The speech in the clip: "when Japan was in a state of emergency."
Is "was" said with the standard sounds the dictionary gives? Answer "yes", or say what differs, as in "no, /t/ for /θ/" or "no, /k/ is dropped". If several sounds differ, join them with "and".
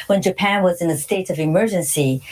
yes